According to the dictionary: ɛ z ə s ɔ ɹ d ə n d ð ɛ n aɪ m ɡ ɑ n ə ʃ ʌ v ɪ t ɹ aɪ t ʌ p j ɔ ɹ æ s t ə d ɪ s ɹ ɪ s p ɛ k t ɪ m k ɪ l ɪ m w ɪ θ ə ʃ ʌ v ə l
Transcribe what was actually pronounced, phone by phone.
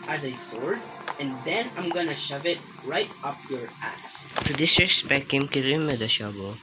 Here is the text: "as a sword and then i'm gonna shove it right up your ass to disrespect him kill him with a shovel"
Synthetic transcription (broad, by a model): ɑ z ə s ɔ ɹ d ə n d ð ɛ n aɪ m ɡ ɑ n ə ʃ ʌ v ɪ t ɹ aɪ t ʌ p j ɔ ɹ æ s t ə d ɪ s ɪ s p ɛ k ɪ m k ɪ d ɪ m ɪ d ə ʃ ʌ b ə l